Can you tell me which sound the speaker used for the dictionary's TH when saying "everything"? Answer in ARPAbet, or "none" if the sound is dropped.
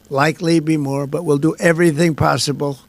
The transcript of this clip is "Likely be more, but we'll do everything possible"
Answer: TH